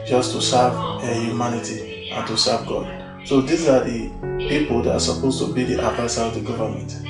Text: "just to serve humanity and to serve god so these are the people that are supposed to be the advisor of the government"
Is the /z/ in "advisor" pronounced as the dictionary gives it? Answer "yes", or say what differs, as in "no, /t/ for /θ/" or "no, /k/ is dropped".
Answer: no, /s/ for /z/